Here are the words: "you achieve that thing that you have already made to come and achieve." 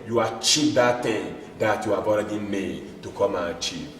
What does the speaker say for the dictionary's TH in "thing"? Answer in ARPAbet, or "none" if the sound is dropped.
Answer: T